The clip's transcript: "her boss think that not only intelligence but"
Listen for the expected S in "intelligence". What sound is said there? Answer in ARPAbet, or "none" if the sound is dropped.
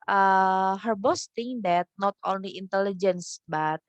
S